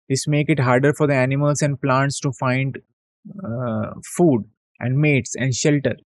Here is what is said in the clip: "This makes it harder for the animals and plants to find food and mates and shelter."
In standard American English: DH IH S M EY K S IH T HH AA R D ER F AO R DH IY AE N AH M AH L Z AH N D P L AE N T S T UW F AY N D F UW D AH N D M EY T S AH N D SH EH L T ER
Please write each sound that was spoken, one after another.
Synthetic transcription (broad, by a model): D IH S M EY K IH T HH AA R D ER F AO R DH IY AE N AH M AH L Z AH N D P L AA N T S T UW F AY N D F UW D AH N D M EY T S AH N D SH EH L T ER